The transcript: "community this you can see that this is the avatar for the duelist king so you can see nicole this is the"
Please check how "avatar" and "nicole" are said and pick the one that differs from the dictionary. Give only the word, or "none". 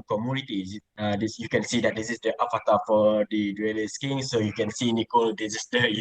avatar